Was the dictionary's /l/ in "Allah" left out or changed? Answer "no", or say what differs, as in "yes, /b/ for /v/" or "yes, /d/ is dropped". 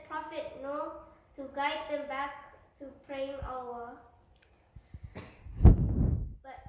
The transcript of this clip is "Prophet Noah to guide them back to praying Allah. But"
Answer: yes, /w/ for /l/